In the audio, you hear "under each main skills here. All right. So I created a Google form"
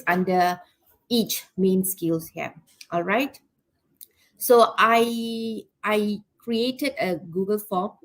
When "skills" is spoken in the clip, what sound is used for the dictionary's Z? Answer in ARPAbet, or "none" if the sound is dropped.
S